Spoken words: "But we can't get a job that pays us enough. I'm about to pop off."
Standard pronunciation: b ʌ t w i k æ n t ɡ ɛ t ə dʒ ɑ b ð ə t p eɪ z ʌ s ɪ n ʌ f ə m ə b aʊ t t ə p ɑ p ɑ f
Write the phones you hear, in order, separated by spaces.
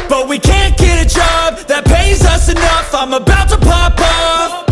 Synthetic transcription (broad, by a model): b ʌ t w i k æ n ɡ ɛ t ə dʒ ɑ b ð ə t p eɪ z ʌ s ɪ n ʌ f ə m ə b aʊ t t ə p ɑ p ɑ